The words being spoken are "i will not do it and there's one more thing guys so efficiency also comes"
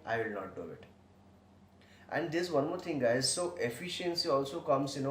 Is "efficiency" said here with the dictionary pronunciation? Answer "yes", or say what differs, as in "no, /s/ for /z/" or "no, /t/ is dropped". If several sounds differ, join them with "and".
yes